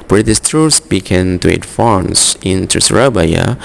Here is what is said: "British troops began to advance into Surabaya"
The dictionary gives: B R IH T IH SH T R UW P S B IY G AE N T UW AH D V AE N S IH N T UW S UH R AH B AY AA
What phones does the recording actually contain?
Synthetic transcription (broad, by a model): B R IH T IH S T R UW S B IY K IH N T UW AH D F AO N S IH N T UW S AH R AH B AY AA